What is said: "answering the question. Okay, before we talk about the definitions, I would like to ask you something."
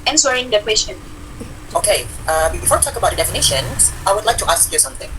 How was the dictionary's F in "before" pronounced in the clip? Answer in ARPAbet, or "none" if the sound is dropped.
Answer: F